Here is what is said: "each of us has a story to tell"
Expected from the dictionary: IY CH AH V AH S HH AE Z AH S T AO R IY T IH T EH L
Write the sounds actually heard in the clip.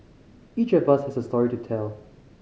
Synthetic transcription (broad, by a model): IY CH AH V AH S HH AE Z AH S T AO R IY T IH T EH L